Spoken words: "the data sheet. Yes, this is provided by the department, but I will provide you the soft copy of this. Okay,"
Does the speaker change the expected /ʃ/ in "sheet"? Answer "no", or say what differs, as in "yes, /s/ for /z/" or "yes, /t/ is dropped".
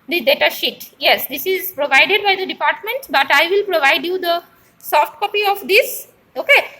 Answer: no